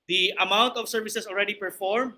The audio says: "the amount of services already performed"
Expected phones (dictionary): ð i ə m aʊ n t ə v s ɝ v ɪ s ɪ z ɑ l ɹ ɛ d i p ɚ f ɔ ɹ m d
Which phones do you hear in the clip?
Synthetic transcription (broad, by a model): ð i ə m aʊ n t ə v s ɝ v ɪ s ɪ s ɑ l ɹ ɛ d i p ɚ f ɔ ɹ m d